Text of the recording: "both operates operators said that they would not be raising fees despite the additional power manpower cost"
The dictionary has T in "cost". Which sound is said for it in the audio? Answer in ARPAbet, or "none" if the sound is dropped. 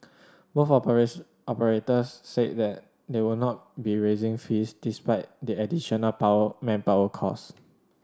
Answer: none